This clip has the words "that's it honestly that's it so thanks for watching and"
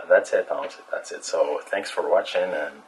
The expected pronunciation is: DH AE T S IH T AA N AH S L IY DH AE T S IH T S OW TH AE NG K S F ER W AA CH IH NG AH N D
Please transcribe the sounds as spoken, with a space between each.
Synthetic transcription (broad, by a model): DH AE T S IH T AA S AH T DH AE T S IH T S OW TH AE NG K S F ER W AA CH IH NG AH N